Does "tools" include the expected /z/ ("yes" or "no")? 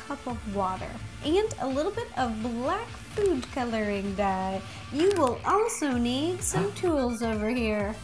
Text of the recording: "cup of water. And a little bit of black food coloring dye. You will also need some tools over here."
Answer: yes